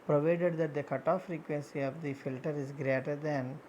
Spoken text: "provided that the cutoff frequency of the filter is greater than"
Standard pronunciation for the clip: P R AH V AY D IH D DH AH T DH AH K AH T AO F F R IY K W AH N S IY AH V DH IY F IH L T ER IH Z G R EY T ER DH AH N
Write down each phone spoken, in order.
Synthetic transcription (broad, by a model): P R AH V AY D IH D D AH T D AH K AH T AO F F R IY K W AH N S IY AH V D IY F IH L T ER IH Z G R EY T ER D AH N